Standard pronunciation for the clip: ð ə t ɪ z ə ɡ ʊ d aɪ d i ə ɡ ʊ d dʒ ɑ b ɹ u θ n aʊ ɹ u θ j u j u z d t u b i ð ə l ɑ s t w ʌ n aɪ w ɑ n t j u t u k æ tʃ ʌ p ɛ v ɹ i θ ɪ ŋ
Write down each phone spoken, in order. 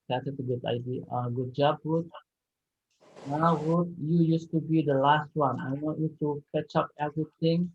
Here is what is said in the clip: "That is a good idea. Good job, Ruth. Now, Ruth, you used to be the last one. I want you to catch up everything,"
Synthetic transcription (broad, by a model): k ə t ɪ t ə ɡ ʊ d aɪ d i ə ɡ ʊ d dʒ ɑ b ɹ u t n aʊ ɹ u t j u j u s t u b i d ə l ɑ s t w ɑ n aɪ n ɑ t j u t u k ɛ tʃ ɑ p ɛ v ɹ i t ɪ ŋ